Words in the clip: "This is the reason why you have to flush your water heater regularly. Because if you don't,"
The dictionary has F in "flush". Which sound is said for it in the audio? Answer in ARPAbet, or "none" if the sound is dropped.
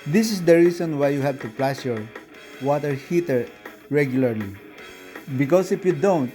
P